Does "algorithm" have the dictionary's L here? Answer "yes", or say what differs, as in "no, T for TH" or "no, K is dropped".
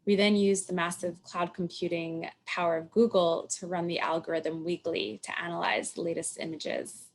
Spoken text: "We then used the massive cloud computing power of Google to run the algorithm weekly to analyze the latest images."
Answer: yes